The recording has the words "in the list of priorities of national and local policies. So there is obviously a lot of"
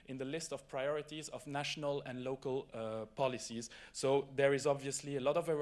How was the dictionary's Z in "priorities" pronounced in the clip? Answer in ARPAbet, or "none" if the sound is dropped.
Z